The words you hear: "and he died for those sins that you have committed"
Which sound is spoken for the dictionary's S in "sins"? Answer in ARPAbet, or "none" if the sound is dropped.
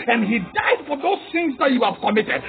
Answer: TH